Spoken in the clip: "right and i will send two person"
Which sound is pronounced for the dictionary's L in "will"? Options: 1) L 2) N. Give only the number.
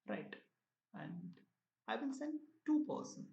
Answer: 2